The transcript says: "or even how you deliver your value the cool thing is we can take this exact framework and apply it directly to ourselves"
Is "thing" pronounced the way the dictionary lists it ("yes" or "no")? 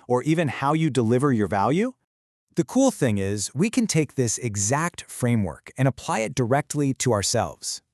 yes